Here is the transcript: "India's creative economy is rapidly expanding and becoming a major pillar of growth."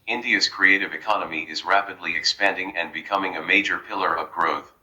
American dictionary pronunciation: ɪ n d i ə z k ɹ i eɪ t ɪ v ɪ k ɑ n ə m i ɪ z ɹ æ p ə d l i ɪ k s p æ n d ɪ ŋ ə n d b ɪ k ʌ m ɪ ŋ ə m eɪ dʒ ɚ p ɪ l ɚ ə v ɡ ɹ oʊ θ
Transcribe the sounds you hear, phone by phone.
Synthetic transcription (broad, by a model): ɪ n d i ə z k ɹ i eɪ t ɪ v ɪ k ɑ n ə m i ɪ z ɹ æ p ə d l i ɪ k s p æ n d ɪ ŋ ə n b ɪ k ʌ m ɪ ŋ ə m eɪ dʒ ɚ p ɪ l ɚ ə v ɡ ɹ oʊ θ